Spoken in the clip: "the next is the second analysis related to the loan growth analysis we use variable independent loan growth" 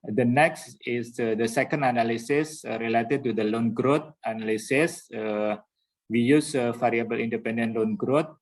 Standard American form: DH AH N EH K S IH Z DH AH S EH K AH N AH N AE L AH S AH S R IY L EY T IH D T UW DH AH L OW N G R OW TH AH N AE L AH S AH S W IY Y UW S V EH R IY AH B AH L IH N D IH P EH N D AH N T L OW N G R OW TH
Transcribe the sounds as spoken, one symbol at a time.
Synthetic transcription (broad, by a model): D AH N EH K S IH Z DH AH S EH K AH N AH N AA L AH S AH S R IY L EY T IH D T UW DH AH L OW N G R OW T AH N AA L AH S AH S W IY Y UW S F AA R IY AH B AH L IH N D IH P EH N D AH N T L OW N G R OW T